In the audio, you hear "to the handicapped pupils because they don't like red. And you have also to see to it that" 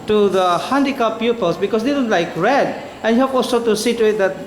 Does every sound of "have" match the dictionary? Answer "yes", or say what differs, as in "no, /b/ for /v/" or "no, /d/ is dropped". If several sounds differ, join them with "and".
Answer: no, /p/ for /v/